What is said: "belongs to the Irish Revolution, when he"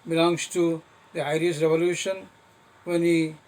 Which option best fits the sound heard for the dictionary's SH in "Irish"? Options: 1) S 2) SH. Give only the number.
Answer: 1